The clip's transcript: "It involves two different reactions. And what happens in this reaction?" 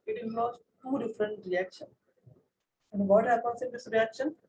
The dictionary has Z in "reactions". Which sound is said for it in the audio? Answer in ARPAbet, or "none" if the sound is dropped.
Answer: none